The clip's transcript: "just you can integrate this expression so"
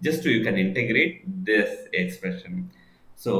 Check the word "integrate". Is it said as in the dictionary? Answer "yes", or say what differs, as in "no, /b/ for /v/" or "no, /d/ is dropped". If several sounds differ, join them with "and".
yes